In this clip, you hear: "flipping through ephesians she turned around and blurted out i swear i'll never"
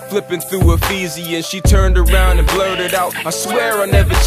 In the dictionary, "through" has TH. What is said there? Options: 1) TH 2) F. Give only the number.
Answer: 1